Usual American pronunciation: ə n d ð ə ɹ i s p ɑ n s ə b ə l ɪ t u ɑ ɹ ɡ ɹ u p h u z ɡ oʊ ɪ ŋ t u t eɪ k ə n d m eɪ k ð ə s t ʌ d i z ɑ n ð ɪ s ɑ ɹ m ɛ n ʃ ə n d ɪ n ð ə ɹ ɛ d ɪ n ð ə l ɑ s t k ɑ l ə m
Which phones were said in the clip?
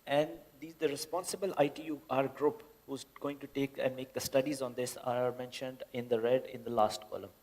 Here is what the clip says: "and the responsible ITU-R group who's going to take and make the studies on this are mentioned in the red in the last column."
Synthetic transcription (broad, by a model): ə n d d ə ɹ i s p ɑ n s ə b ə l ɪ t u ɑ ɹ ɡ ɹ u p h u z ɡ oʊ ɪ ŋ t u t eɪ k ə n d m eɪ k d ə s t ʌ d i z ɑ n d ɪ s ɑ ɹ m ɛ n ʃ ə n d ɪ n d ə ɹ ɛ d ɪ n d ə l ɑ s t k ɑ l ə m